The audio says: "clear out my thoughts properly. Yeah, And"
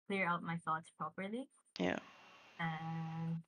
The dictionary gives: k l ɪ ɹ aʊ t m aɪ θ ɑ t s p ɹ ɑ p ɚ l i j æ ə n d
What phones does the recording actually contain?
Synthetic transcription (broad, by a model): k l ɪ ɹ aʊ t m aɪ θ ɑ t s p ɹ ɑ p ɚ l i j æ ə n